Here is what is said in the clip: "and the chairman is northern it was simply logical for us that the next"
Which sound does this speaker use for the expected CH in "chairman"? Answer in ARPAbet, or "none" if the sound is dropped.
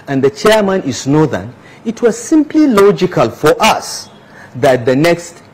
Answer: CH